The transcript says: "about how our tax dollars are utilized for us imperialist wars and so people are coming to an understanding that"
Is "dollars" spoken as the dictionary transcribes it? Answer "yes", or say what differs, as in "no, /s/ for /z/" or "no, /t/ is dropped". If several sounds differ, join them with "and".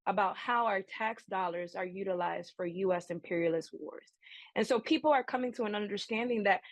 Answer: yes